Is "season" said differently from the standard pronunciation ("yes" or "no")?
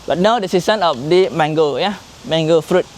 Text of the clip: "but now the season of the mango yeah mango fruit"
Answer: yes